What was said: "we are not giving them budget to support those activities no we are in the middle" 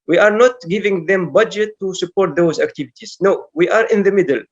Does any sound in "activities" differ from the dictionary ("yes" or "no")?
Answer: no